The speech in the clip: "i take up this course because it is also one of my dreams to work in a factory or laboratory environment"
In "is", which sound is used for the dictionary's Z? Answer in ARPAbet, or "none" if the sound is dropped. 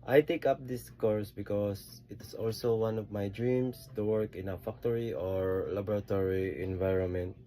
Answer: S